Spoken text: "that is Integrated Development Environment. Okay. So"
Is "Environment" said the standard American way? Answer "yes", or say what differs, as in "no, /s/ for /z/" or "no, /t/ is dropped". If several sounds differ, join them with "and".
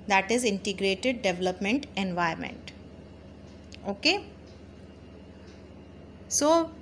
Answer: no, /ɹ/ is dropped